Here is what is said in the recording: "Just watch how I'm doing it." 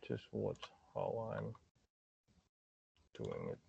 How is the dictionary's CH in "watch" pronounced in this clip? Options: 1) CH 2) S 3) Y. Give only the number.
2